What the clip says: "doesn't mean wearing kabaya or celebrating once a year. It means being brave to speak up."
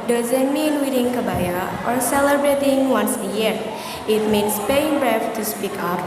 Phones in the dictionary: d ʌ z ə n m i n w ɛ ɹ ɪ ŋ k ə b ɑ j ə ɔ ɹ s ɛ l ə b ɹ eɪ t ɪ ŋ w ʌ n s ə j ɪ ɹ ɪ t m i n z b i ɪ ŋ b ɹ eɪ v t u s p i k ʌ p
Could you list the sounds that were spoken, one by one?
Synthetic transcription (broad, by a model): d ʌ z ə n m i n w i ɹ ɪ ŋ k ə b ɑ j ə ɔ ɹ s ɛ l ə b ɹ eɪ t ɪ ŋ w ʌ n s ə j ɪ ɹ ɪ t m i n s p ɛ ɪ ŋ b ɹ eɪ f t u s p i k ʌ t